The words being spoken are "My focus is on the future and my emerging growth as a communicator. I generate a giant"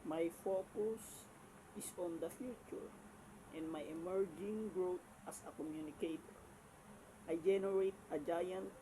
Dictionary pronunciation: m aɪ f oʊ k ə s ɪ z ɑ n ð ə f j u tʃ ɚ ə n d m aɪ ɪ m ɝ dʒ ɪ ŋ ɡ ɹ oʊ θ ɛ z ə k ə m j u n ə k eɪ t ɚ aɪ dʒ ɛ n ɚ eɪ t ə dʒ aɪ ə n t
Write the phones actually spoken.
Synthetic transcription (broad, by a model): m aɪ f oʊ k ə s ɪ s ɑ n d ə f j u tʃ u ə n d m aɪ ɪ m ɝ dʒ ɪ ŋ ɡ ɹ oʊ t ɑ s ə k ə m j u n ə k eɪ t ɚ aɪ dʒ ɛ n ɚ eɪ t ə dʒ aɪ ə n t